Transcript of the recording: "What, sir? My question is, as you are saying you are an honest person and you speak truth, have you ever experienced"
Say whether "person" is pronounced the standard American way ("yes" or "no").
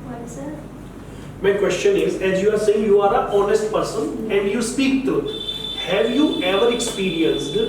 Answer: yes